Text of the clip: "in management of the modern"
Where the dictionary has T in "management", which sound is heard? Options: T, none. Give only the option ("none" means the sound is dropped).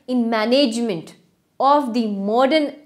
T